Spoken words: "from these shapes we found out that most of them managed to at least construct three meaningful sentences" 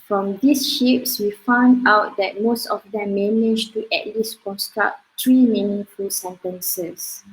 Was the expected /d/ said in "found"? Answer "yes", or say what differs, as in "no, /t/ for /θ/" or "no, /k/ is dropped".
yes